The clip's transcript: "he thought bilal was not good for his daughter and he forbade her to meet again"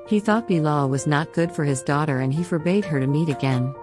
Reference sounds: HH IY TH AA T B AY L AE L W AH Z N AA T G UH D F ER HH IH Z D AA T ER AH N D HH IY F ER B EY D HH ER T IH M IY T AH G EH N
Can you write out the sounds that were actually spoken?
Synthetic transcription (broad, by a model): HH IY TH AA T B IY L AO W AH Z N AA T G UH D F ER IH Z D AA T ER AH N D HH IY F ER B EY D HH ER T IH M IY T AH G EH N